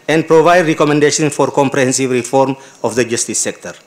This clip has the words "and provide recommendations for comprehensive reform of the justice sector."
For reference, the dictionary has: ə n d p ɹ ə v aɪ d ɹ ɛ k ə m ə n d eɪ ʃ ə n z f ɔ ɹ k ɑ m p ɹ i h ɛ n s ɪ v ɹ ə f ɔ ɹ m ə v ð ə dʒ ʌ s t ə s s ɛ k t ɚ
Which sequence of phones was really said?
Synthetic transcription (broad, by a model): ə n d p ɹ ə v aɪ d ɹ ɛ k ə m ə n d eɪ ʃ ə n f ɔ ɹ k ɑ m p ɹ i h ɛ n s ɪ v ɹ ə f ɔ ɹ m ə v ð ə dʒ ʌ s t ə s s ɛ k t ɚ